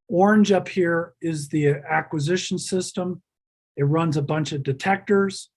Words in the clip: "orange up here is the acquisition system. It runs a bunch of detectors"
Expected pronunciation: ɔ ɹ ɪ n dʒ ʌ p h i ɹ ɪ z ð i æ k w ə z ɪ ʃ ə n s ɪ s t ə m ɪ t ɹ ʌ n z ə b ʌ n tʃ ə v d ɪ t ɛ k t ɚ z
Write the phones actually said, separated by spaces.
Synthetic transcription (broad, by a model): ɔ ɹ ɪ n dʒ ʌ p h i ɹ ɪ z ð i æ k w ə z ɪ ʃ n s ɪ s t ə m ɪ t ɹ ʌ n z ə b ʌ n tʃ ə v d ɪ t ɛ k t ɚ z